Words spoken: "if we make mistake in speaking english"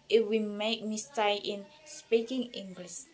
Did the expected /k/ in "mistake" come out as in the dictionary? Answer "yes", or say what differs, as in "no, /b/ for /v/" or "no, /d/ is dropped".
no, /k/ is dropped